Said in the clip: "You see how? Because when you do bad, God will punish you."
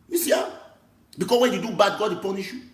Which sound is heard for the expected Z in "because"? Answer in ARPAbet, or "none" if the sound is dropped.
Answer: S